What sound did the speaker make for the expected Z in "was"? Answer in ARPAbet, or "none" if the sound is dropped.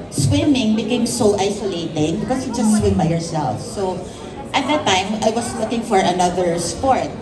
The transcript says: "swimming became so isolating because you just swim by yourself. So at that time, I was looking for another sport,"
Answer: S